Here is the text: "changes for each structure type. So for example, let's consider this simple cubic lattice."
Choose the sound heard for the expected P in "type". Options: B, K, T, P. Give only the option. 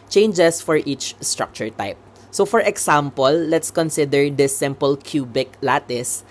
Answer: P